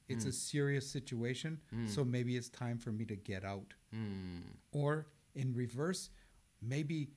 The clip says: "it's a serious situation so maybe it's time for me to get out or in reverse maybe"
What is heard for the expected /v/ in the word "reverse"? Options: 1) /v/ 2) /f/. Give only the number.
1